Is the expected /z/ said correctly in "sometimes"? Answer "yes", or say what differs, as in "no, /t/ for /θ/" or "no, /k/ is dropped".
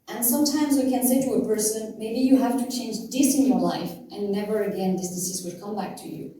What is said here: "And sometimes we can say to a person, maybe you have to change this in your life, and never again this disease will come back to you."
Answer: yes